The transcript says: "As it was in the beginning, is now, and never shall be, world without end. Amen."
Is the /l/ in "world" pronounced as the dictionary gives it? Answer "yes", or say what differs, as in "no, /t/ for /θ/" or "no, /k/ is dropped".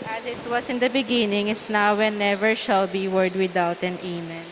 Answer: no, /l/ is dropped